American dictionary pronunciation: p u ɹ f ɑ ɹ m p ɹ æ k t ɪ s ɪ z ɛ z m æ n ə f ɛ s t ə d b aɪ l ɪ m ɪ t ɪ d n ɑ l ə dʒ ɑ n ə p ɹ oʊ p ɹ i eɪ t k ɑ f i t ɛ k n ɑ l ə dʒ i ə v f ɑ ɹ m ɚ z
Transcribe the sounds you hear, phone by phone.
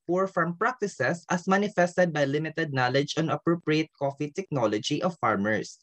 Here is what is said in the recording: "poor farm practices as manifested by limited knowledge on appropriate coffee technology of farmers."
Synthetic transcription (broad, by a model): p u ɹ f ɑ ɹ m p ɹ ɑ k t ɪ s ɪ s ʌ s m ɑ n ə f ɛ s t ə d b aɪ l ɪ m ɪ t ɪ d n ɑ l ə dʒ ɑ n ə p ɹ oʊ p ɹ i eɪ t k ɑ f i t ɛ k n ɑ l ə dʒ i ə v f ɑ ɹ m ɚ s